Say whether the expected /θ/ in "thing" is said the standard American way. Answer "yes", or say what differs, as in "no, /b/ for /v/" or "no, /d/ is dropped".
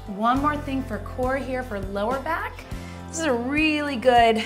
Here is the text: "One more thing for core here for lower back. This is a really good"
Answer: yes